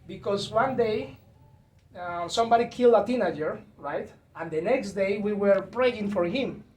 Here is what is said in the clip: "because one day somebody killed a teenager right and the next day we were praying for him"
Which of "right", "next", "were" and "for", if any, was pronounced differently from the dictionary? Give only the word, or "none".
none